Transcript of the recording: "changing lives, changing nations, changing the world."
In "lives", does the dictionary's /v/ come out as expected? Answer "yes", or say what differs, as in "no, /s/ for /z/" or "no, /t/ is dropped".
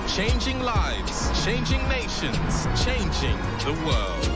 yes